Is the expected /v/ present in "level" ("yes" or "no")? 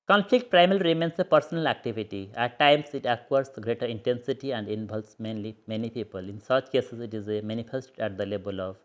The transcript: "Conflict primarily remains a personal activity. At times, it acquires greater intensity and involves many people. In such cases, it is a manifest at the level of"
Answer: no